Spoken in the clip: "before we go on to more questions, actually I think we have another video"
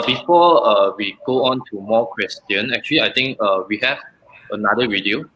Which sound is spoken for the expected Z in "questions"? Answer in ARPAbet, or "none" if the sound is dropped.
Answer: none